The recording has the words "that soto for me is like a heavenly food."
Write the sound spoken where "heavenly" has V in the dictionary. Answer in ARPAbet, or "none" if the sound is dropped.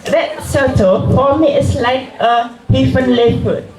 F